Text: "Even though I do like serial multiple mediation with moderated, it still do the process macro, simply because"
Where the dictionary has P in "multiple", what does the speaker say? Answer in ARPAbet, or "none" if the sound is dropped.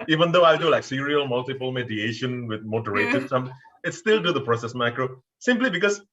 P